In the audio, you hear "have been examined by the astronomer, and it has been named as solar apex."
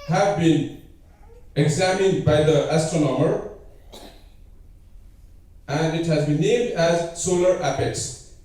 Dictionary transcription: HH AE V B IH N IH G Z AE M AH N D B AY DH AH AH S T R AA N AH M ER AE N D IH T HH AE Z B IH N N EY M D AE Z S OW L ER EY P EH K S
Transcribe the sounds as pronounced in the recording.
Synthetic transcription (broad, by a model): HH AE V B IH N IH G Z AE M AH N D B AY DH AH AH S T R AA N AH M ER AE N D IH T HH AE Z B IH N N EY M D AE Z S OW L ER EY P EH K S